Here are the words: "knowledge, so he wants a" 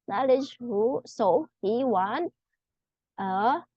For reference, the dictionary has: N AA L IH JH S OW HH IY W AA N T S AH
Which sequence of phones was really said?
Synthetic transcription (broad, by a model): N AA L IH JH S OW HH IY W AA N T AH